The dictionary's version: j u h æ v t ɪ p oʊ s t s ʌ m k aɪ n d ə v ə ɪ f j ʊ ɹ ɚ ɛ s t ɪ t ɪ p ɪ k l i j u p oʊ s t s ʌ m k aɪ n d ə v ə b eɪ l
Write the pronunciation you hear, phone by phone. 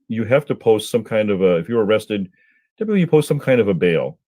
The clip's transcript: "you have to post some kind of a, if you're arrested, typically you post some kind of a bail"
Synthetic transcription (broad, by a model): j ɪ h æ f t ɪ p oʊ s t s ʌ m k aɪ n d ə v ə ɪ f j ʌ ɹ ɚ ɛ s t ɪ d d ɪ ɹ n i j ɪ p oʊ s t s ʌ m k aɪ n d ə v ə b eɪ l